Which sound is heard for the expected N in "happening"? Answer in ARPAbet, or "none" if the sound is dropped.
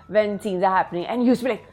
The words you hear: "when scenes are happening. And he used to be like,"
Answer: N